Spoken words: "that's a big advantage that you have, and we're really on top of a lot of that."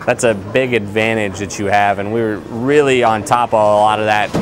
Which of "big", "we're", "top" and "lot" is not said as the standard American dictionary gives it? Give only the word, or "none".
none